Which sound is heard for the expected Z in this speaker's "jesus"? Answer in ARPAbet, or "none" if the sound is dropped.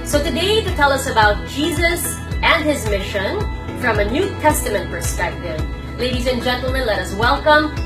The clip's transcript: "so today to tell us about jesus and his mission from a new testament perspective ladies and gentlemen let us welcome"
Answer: Z